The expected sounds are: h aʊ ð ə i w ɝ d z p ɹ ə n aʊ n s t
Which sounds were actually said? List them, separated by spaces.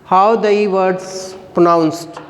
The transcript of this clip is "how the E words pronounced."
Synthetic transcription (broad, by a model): h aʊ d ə i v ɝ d s p ɹ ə n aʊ n s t